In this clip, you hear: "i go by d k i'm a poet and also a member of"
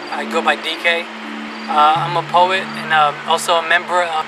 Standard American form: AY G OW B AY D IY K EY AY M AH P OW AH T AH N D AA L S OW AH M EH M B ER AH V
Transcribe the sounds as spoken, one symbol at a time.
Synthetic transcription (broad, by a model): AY G OW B AY D IY K EY AY M AH P OW AH T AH N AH AA L S OW AH M EH M B ER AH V